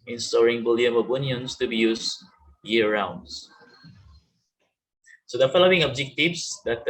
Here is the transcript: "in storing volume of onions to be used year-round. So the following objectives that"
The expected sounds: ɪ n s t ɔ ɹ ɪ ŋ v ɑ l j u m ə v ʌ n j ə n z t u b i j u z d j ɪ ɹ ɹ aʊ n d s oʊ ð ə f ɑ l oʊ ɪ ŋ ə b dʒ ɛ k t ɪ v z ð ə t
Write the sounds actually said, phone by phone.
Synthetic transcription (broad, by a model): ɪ n s t ɔ ɹ ɪ ŋ b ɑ l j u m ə b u n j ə n s t u b i j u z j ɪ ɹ ɹ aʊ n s s oʊ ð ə f ɑ l oʊ ɪ ŋ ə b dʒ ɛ k t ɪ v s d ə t